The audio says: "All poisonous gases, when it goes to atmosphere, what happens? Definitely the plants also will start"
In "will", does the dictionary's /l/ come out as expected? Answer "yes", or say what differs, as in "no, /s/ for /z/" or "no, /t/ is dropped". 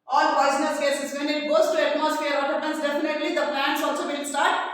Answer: no, /n/ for /l/